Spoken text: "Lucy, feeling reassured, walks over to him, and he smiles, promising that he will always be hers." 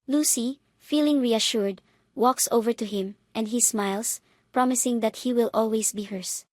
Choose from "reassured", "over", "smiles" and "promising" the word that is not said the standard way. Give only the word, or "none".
smiles